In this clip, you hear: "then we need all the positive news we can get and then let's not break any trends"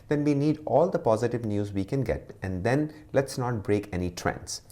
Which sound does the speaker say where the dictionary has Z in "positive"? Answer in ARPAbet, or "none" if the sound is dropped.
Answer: Z